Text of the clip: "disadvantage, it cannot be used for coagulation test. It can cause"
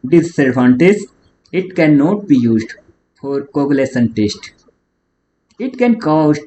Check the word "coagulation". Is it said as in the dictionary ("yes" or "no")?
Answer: no